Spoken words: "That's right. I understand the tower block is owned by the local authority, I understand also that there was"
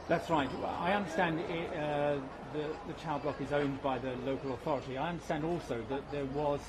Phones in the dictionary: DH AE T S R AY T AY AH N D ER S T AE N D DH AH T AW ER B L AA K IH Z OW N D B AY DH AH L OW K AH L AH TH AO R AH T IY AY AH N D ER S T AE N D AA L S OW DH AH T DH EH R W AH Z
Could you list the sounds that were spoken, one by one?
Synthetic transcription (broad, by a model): DH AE T S R AY T AY AH N D ER S T AE N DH DH AH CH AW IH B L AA K IH Z OW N B AY DH AH L OW K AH L AH TH AO R AH T IY AY AH N D ER S T AE N D AA L S OW DH AH T DH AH R W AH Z